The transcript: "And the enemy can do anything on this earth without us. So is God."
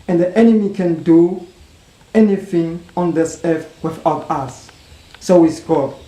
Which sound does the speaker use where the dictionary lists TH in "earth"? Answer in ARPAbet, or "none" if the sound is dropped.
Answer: F